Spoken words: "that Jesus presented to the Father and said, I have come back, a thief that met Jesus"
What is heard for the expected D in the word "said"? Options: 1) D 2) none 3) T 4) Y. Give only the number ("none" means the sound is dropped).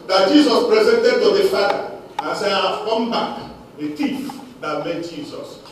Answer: 2